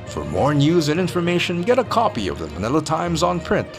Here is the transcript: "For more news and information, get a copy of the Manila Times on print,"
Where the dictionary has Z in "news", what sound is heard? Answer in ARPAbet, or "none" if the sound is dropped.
Z